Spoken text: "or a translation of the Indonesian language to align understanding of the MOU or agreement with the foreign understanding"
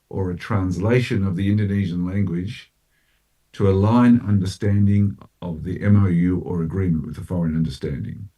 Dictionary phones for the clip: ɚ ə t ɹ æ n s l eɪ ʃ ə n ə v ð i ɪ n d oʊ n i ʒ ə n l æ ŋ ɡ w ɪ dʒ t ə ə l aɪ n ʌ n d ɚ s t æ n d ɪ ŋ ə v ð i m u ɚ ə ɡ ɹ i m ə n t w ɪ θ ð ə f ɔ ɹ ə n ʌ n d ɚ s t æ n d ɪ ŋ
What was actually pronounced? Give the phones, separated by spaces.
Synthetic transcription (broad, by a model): ɚ ə t ɹ æ n s l eɪ ʃ ə n ə v ð i ɪ n d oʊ n i ʒ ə n l æ ŋ ɡ w ɪ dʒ t ə ə l aɪ n ʌ n d ɚ s t æ n d ɪ ŋ ə v ð i m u ɚ ə ɡ ɹ i m ə n t w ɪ ð ə f ɔ ɹ ə n ʌ n d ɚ s t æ n d ɪ ŋ